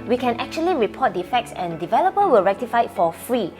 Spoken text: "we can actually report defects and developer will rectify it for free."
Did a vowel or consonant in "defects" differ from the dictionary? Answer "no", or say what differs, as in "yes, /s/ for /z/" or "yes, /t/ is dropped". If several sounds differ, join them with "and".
no